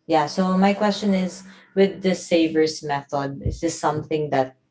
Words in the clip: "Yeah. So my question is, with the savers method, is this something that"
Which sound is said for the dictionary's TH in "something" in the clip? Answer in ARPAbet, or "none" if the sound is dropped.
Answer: TH